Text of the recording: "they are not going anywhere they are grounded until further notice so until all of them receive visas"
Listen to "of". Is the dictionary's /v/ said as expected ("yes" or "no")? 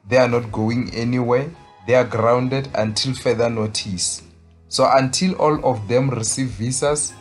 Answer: no